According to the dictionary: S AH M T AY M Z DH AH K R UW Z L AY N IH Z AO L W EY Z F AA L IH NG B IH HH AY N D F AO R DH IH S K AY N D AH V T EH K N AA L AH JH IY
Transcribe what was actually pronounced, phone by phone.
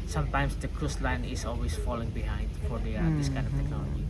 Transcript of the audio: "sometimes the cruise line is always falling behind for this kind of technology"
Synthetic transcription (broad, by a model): S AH M T AY M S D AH K R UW S L AY N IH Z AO L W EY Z F AA L IH NG B IH HH AY N D F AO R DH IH S K AY N D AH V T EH K N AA L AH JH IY